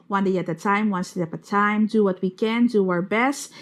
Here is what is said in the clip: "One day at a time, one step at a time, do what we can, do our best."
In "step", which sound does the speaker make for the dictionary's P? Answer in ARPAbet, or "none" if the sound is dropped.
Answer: none